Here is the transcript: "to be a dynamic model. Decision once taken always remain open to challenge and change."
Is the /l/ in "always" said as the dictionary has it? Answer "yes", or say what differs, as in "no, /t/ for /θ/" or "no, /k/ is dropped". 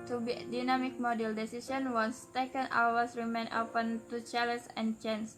no, /l/ is dropped